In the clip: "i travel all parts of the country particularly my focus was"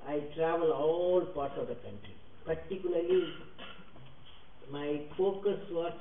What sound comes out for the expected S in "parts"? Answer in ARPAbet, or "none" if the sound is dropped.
none